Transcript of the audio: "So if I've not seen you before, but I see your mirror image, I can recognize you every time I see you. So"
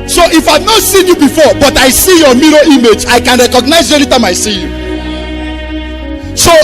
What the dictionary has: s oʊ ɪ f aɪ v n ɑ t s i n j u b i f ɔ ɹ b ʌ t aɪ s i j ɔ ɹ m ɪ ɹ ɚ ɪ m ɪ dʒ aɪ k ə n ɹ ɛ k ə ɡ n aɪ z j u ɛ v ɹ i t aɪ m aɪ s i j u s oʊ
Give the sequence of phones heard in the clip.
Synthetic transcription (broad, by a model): s oʊ ɪ f aɪ v n ɑ t s i n j u b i f ɔ b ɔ t aɪ s i j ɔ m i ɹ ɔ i m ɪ dʒ aɪ k ə n ɹ ɛ k ə ɡ n aɪ z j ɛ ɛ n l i t aɪ m aɪ s i j u s oʊ